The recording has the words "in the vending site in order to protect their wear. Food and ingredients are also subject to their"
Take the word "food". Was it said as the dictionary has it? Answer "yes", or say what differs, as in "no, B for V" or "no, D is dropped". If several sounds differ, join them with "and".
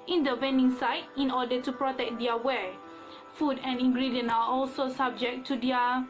yes